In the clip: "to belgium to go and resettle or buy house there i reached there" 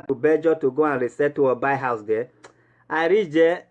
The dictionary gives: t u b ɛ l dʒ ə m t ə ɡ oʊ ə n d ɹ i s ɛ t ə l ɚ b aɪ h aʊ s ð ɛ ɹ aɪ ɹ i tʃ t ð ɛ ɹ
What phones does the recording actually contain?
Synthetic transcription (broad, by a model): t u b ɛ dʒ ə t ə ɡ oʊ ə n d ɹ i s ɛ t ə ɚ b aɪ h aʊ s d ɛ aɪ ɹ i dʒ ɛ